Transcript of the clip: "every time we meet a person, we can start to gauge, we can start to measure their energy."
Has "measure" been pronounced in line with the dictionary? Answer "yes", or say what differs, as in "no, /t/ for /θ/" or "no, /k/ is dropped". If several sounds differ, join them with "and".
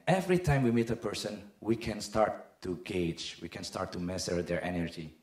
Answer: no, /s/ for /ʒ/